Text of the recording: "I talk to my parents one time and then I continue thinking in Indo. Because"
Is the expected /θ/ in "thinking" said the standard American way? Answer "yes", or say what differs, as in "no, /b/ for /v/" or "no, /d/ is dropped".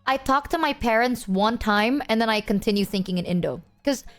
yes